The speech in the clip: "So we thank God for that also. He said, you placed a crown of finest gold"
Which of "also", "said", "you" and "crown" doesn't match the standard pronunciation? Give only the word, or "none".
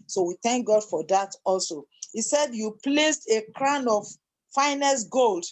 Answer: none